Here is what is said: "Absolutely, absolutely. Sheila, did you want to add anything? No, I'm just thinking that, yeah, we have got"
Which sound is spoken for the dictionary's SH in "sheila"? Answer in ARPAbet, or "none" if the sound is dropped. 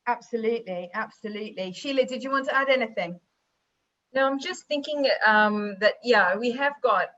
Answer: SH